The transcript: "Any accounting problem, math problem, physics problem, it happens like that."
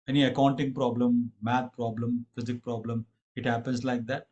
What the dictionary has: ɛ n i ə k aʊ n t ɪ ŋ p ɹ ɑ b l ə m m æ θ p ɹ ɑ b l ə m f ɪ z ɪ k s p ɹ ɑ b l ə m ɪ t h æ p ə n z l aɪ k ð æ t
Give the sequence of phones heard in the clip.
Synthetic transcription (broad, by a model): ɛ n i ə k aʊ n t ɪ ŋ p ɹ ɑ b l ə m m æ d p ɹ ɑ b l ə m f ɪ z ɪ k p ɹ ɑ b l ə m ɪ t h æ p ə n s l aɪ k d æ t